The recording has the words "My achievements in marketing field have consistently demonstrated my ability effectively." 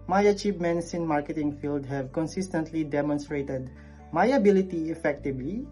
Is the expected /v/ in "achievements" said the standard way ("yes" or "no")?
no